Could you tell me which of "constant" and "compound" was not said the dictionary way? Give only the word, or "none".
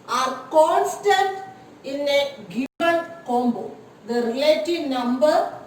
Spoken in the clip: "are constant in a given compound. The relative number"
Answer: compound